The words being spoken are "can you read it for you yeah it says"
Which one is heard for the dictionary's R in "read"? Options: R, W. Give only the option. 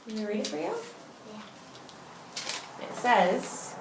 R